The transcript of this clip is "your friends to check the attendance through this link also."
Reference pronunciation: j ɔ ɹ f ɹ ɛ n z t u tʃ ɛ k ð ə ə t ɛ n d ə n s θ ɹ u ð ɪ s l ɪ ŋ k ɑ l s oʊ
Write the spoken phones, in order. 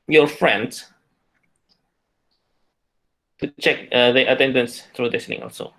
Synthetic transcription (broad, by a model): j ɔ f ɹ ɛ n s t u tʃ ɛ k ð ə ə t ɛ n d ə n s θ ɹ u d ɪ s n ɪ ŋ ɑ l s oʊ